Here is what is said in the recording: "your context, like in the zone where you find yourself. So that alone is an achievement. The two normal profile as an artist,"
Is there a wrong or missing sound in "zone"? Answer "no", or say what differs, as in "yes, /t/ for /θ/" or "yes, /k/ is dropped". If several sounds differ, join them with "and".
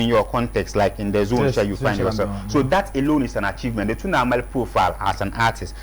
no